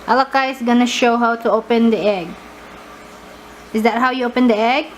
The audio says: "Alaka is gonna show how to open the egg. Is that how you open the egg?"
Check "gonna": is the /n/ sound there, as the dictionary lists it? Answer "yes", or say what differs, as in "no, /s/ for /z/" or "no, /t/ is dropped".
yes